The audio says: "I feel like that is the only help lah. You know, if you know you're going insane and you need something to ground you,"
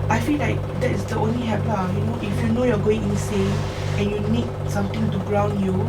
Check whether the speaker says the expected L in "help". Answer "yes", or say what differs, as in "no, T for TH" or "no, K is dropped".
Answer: no, L is dropped